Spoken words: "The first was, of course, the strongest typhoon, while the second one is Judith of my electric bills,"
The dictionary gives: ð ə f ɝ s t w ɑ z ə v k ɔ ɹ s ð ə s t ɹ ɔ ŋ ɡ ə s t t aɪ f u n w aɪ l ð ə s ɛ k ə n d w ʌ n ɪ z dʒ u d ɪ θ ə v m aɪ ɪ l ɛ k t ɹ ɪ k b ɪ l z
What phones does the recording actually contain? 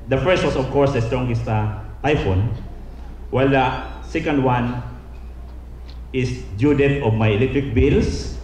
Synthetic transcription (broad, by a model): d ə f ɝ s t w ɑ s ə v k ɔ ɹ s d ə s t ɹ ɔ ŋ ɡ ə s t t aɪ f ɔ n w aɪ l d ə s ɛ k ə n d w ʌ n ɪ s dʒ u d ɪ t ə v m aɪ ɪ l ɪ t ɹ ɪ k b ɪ l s